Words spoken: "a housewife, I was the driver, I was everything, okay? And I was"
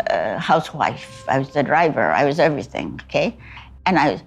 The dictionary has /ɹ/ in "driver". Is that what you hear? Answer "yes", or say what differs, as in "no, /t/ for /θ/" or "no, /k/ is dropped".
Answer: yes